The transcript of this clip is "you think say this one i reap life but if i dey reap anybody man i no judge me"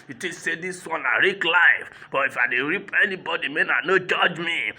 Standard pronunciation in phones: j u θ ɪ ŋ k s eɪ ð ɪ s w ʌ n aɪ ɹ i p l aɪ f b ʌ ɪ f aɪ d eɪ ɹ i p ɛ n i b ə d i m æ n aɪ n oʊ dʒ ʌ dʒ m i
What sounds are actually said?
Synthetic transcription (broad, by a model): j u t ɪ s eɪ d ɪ s w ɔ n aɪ ɹ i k l aɪ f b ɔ ɪ f aɪ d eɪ ɹ i p ɛ n i b ə d i m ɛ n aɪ n oʊ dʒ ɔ dʒ m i